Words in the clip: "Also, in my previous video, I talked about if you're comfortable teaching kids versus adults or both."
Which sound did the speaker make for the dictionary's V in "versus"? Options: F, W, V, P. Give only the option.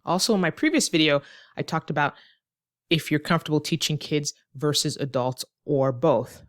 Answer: V